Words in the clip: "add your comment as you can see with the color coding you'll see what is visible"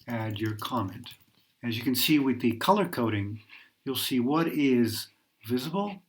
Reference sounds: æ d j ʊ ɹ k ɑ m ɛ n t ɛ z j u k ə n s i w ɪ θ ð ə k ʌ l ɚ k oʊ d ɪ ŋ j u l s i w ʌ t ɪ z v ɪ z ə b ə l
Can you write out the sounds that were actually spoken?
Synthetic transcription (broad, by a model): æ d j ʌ ɹ k ɑ m ɛ n t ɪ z j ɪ k ə n s i w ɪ ð ə k ʌ l ɚ k oʊ d ɪ ŋ j u l s i w ʌ t ɪ z v ɪ z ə b l